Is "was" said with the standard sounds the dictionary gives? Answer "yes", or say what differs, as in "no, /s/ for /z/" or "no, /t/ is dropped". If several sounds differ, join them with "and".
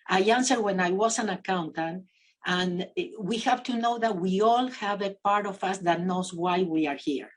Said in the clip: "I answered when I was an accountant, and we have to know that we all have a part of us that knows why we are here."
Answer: no, /s/ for /z/